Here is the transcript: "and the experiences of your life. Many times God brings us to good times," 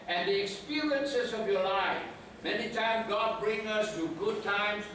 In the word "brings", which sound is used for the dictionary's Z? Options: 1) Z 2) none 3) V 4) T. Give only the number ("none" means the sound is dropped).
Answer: 2